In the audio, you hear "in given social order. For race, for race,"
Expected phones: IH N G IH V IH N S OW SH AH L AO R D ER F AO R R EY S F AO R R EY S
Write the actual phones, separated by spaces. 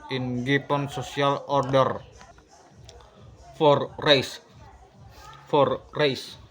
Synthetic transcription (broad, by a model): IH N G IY P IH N S OW S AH L AO R D ER F AO R R EY S F AO R R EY S